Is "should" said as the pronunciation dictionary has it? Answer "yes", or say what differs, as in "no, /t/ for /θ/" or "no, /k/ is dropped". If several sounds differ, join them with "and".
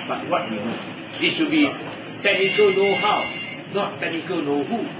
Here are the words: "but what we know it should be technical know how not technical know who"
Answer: no, /s/ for /ʃ/